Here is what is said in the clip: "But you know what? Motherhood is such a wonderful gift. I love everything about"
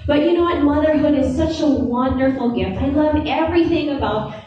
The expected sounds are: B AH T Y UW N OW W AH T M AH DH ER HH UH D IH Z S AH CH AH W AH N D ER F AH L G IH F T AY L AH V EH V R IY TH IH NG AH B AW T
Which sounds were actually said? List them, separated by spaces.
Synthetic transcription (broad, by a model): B AH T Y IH N OW W AH T M AH DH ER HH UH D IH Z S AH CH AH W AH N D ER F L G IH F T AY L AH V EH V R IY TH IH NG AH B AW T